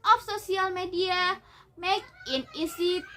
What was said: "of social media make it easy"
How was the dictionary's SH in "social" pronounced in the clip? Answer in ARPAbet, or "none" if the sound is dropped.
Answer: S